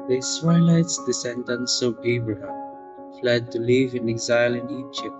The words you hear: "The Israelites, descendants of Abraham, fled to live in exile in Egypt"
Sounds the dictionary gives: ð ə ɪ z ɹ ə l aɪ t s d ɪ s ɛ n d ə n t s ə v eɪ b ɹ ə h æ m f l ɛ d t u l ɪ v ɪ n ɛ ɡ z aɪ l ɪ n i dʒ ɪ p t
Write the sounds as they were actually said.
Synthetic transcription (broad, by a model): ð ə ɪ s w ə l aɪ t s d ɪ s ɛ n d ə n s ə b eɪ b ɹ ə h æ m f l ɛ d t u l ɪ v ɪ n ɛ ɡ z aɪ l ɪ n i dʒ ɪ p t